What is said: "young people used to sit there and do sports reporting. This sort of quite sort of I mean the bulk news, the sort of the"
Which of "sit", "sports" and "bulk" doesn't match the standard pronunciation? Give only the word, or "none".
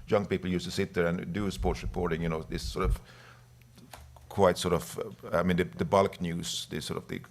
none